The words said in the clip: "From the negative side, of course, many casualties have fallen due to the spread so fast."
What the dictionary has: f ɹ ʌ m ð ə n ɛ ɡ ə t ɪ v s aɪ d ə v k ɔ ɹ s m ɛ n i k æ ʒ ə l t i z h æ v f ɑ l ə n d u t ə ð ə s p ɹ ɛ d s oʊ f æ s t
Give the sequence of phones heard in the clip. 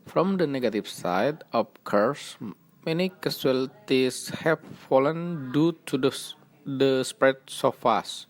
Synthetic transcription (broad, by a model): f ɹ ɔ m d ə n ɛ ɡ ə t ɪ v s aɪ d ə p k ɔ ɹ s m ɛ n i k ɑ s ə l t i s h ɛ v f ɑ l ə n d u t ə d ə s p ɹ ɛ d s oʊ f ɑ s